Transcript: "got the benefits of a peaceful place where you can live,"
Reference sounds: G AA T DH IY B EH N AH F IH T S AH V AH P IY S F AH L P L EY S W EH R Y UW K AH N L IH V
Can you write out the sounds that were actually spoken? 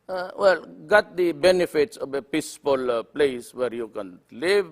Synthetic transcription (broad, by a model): G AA T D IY B EH N AH F IH T S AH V AH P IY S P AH L P L EY S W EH R Y UW K AH N L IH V